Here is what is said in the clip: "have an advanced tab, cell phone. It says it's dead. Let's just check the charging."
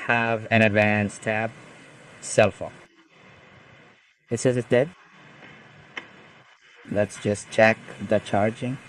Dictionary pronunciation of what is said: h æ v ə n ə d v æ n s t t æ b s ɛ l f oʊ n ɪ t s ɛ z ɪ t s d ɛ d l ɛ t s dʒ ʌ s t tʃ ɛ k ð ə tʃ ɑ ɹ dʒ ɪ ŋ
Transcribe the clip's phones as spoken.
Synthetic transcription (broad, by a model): h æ v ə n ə d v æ n s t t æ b s ɛ l f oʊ ɪ t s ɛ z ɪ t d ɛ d l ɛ t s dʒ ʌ s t tʃ ɛ k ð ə tʃ ɑ ɹ dʒ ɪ ŋ